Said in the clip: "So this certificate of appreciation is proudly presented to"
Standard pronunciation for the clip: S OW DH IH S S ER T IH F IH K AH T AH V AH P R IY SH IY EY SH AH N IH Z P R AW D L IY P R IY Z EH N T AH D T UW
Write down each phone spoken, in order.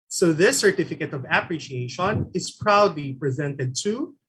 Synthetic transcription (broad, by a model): S OW DH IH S S ER T IH F IH K AH T AH V AH P R IY SH IY EY SH AH N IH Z P R AW D L IY P R IY Z EH N T AH D T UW